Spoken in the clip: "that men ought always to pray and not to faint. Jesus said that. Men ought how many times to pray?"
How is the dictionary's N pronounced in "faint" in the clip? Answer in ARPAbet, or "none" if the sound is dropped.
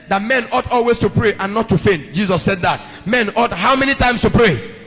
N